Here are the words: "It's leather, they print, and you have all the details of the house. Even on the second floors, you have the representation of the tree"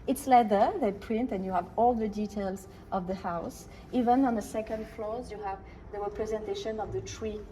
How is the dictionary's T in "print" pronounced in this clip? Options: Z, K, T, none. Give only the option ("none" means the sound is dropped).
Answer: T